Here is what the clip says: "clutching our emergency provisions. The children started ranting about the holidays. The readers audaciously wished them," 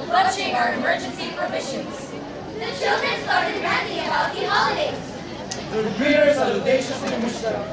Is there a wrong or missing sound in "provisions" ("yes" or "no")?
yes